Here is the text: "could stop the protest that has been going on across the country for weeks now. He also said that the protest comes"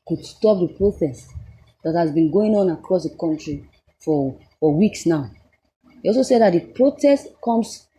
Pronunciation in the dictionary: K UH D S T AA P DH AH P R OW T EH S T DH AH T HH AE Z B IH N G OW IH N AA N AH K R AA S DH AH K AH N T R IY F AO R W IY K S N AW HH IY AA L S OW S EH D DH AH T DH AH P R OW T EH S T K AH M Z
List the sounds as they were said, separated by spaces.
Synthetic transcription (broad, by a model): K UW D S T AA P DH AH P R OW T EH S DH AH T HH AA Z B IH N G OW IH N AA N AH K R AA S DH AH K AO N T R IY F AO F W IY K S N AW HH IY AA L S OW S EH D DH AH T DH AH P R OW T EH S T K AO M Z